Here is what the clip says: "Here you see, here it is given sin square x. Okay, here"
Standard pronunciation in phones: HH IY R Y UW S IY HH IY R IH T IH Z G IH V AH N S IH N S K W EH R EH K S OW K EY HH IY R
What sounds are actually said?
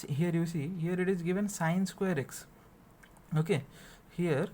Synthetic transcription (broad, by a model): HH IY R Y UW S IY HH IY R IH T IH Z G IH V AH N S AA N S K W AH R EH K S OW K EY HH IY R